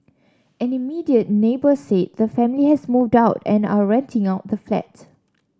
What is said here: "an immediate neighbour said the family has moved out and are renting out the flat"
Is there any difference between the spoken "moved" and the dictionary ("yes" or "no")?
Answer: no